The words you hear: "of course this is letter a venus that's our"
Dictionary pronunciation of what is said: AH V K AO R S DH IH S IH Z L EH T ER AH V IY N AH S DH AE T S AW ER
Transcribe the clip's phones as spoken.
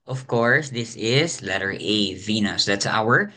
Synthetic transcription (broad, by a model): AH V K AO R S DH IH S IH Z L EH T ER AH V IY N AH S DH AE T S AW ER